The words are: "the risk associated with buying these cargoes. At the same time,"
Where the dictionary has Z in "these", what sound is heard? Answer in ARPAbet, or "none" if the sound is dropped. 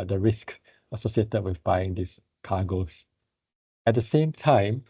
S